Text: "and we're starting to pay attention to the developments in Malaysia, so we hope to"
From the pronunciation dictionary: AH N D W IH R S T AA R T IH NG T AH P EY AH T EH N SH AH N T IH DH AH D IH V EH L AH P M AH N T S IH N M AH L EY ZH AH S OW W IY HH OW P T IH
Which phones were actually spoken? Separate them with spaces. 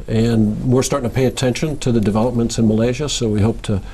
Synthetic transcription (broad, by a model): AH N W IH R S T AA R T IH NG T AH P EY AH T EH N SH AH N T IH DH AH D IH V EH L AH P M AH N T S IH N M AH L EY ZH AH S OW W IY HH OW P T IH